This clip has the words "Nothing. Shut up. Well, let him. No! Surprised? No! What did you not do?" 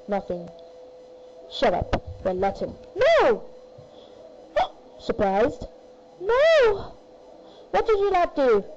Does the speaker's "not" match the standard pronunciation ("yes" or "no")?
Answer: no